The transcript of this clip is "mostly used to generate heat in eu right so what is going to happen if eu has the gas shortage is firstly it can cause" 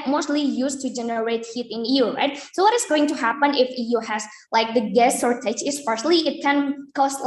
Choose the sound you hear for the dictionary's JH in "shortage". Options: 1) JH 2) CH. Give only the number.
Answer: 2